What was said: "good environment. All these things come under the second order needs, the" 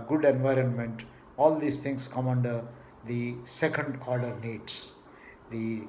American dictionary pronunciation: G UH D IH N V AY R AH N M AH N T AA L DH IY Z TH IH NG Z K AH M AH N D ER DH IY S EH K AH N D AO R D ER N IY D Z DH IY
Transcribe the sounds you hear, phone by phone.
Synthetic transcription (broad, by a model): G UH D IH N V AY R AH N M AH N T AA L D IY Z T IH NG S K AH M AH N D ER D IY S EH K AH N D AO R D ER N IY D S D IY